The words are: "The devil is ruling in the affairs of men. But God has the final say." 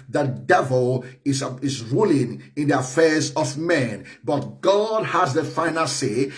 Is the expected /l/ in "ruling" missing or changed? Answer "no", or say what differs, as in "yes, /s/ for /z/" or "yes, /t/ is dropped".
no